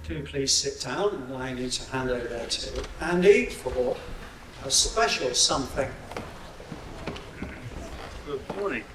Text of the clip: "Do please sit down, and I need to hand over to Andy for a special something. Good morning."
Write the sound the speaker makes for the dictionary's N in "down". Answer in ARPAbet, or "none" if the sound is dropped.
none